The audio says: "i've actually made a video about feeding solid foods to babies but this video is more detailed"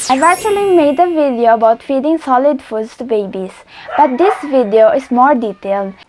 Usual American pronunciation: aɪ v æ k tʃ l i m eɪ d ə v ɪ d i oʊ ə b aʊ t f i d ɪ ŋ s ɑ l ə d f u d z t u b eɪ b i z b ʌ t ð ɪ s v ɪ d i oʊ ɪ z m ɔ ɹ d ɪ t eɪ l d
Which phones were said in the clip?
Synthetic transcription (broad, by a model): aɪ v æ tʃ l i m eɪ d ə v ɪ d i oʊ ə b aʊ t f i d ɪ ŋ s ɑ l ə d f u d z t u b eɪ b i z b ʌ t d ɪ s v ɪ d i oʊ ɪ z m ɔ ɹ d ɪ t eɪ l d